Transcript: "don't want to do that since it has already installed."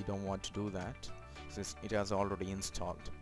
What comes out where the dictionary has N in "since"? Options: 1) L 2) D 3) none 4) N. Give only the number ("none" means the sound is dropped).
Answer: 3